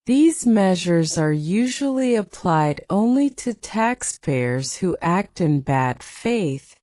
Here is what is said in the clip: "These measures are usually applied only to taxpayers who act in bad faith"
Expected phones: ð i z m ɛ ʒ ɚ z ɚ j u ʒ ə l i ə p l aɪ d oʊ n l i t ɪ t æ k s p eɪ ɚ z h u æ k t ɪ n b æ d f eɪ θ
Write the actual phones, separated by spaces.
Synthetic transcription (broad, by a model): ð i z m ɛ ʒ ɚ z ɚ j u ʒ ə l i ə p l aɪ d oʊ n l i t ɪ t æ k s p eɪ ɚ z h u æ k t ɪ n b æ d f eɪ θ